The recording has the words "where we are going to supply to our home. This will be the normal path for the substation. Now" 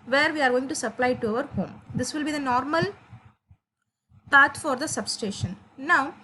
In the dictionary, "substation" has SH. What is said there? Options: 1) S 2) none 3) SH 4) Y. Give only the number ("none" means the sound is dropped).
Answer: 3